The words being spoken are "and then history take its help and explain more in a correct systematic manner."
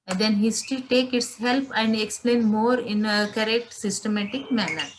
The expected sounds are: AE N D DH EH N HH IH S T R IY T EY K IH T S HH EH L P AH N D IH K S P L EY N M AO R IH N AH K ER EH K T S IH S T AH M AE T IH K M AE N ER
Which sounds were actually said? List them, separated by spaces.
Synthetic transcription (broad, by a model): D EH N HH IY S T IY T EY K IH T S HH EH L P AH N D IH K S P L EY N M AO R IH N AH K ER EH K T S IH S T AH M AE T IH K M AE N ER